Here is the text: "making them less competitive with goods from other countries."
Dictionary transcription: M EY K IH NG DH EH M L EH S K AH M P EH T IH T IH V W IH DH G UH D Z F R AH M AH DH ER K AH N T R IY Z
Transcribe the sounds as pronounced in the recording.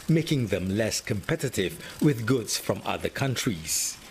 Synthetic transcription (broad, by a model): M EY K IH NG DH EH M L EH S K AH M P EH T IH T IH V W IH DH G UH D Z F R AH M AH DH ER K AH N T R IY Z